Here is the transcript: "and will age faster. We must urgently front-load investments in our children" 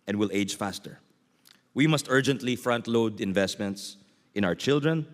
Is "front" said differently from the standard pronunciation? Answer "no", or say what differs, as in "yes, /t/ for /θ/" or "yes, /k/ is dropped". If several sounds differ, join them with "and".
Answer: no